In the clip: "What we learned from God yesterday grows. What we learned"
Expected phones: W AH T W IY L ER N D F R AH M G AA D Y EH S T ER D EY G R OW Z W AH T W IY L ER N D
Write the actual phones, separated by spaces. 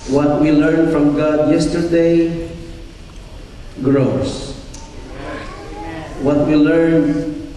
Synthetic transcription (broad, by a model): W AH T W IY L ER N F R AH M G AA D Y EH S T ER D EY G R OW S W AH T W IY L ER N